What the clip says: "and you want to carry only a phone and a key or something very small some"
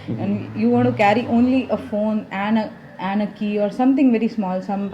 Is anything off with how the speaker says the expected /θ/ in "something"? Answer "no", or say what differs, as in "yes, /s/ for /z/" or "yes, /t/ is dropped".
yes, /t/ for /θ/